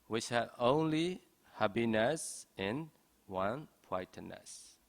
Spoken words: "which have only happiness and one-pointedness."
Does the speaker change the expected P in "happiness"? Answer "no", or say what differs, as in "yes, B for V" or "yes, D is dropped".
yes, B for P